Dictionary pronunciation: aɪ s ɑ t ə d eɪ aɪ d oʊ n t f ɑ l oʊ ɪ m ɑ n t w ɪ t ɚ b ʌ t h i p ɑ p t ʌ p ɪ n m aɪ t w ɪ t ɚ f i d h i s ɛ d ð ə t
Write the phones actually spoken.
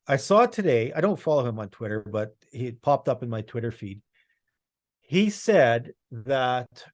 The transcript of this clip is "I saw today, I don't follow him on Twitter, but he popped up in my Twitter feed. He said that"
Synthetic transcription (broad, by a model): aɪ s ɑ t ə d eɪ aɪ d oʊ n t f ɑ l oʊ ɪ m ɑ n t w ɪ t ɚ b ʌ t h i p ɑ p t ʌ p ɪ n m aɪ t w ɪ t ɚ f i d h i s ɛ d ð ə t